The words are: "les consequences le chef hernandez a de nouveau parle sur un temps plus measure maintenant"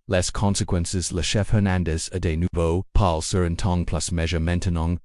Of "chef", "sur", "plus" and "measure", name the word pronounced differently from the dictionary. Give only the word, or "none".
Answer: none